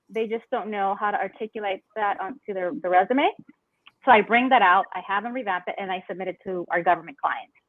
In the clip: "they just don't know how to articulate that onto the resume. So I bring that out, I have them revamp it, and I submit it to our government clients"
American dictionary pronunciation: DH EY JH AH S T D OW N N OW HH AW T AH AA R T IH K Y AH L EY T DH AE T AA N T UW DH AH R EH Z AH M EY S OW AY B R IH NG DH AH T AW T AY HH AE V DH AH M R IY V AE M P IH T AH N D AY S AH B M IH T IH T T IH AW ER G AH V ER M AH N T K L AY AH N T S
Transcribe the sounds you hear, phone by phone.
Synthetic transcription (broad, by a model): DH EY JH AH S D OW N N OW HH AW T AH AA R T IH K Y AH L EY T DH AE T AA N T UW DH AH R EH Z AH M EY S OW AY B R IH NG DH AH T AW T AY HH AE V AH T R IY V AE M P IH T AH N AY S AH B M IH T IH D T IH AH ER G AH V ER M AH N K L AY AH N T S